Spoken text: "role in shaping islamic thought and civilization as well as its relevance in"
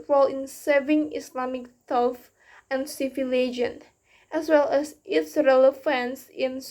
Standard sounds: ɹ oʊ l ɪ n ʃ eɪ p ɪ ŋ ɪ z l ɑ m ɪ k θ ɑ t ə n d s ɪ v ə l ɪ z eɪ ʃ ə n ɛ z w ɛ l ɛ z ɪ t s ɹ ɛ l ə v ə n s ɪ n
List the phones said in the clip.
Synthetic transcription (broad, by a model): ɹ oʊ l ɪ n s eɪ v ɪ ŋ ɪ s l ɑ m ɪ k t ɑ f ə n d s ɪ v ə l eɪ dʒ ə n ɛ s w ɛ l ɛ s ɪ t s ɹ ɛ l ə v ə n s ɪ n